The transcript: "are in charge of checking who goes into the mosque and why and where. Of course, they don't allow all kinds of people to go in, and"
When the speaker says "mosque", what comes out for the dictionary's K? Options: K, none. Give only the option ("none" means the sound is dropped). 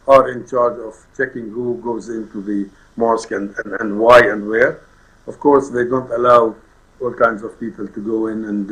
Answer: K